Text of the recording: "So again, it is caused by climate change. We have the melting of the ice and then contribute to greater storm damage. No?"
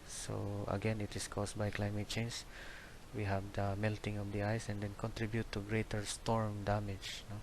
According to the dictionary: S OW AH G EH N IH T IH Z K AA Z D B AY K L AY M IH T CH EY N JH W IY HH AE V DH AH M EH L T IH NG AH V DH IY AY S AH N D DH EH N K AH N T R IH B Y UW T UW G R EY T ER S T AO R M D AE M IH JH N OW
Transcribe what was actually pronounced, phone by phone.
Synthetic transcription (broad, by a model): S OW AH G EH N IH T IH S K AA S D B AY K L AY M IH T CH EY N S W IY HH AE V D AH M EH L T IH NG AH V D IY AY S AH N D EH N K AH N T R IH B Y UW T UW G R EY T ER S T AO R M D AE M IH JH N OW